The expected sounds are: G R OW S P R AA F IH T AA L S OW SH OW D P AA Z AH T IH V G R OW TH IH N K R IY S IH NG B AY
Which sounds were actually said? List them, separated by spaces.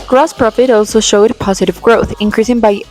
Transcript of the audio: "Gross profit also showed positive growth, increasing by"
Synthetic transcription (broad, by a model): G R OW S P R AA F IH T AA L S OW SH OW D P AA Z AH T IH V G R OW TH IH N K R IY S IH NG B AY